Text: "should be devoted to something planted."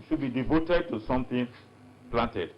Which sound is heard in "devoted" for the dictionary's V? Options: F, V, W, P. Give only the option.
V